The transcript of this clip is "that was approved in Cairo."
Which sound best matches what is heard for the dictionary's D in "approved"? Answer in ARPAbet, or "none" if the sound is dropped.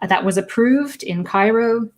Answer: D